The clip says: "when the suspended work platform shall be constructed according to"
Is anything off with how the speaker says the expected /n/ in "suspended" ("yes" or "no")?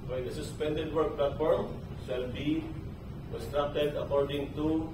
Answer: no